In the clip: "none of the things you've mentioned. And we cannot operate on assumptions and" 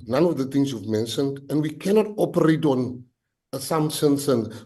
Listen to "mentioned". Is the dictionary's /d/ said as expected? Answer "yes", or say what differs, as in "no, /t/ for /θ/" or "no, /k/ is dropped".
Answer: yes